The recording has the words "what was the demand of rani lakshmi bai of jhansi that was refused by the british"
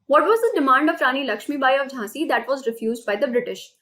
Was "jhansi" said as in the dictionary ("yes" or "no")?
no